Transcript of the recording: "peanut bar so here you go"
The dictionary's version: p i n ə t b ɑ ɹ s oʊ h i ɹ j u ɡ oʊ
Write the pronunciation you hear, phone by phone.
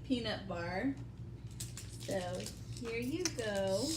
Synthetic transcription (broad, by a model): p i n ə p b ɑ ɹ s oʊ h i ɹ j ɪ ɡ oʊ